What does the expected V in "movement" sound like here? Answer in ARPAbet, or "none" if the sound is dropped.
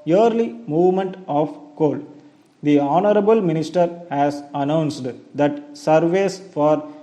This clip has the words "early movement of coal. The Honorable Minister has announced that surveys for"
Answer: V